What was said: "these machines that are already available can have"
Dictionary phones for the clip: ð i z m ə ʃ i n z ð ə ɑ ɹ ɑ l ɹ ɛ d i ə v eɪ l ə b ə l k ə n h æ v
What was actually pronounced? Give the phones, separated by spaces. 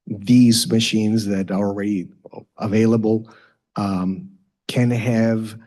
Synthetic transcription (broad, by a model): ð i z m ə ʃ i n z ð ə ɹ ɑ l ɹ ɛ d i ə v eɪ l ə b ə l k ə n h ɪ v